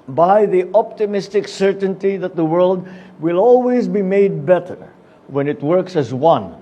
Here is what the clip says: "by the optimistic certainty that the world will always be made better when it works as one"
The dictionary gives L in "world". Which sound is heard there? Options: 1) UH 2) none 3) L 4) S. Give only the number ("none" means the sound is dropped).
3